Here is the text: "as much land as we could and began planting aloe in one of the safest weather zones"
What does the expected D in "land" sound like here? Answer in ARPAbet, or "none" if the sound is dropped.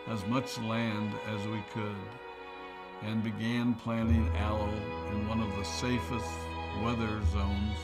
D